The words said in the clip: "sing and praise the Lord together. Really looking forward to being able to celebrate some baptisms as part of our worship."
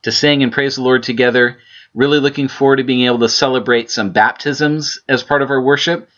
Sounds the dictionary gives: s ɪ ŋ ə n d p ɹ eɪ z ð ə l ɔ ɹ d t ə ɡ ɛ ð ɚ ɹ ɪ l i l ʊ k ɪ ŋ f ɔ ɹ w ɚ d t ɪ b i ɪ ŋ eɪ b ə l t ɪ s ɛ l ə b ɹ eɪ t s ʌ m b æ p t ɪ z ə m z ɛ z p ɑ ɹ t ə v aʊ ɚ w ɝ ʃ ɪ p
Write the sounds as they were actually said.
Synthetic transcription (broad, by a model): s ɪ ŋ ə n p ɹ eɪ z ð ə l ɔ ɹ d t ə ɡ ɛ ð ɚ ɹ ɪ l i l ʊ k ɪ ŋ f ɔ ɹ w ɚ d t ɪ b i ɪ ŋ eɪ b l t ɪ s ɛ l ə b ɹ eɪ t s ʌ m b æ p t ɪ z ə m z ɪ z p ɑ ɹ t ə v aʊ ɚ w ɝ ʃ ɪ p